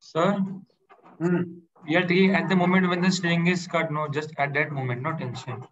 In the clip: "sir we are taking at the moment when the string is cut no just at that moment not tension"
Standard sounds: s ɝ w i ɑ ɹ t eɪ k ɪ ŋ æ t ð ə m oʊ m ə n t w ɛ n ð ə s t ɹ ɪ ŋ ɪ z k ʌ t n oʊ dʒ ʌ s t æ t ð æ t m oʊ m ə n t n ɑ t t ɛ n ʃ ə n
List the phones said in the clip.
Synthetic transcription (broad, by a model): s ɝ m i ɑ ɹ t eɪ ɪ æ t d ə m oʊ m ə n t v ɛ n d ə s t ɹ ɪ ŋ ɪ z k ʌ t n oʊ dʒ ʌ s t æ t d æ t m oʊ m ə n t n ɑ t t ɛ n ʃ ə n